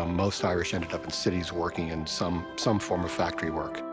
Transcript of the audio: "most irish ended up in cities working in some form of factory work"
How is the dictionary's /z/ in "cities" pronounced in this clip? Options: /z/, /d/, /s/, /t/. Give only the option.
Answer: /z/